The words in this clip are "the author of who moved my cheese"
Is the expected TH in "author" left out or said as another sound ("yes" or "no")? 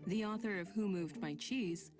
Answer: no